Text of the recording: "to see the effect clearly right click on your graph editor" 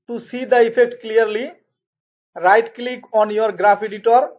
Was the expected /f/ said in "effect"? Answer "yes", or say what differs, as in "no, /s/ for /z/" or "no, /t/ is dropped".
no, /p/ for /f/